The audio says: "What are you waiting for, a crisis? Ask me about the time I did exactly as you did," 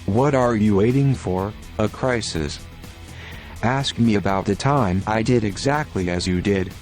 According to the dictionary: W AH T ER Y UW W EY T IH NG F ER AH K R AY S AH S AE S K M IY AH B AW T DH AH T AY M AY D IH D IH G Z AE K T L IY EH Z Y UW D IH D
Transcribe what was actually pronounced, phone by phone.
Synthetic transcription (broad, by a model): W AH T ER Y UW W EY T IH NG F ER AH K R AY S AH S AE S K M IY AH B AW T DH AH T AY M AY D IH D IH G Z AE K T L IY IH Z Y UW D IH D